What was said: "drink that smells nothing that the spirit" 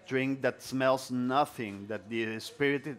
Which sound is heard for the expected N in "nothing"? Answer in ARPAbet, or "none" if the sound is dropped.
N